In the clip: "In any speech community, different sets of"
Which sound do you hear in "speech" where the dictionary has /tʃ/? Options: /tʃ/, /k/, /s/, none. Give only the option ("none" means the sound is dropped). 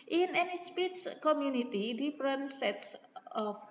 /s/